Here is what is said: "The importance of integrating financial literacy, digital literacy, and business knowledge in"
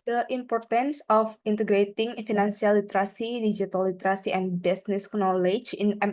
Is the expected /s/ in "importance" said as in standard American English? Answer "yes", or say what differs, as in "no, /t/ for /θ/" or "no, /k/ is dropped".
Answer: yes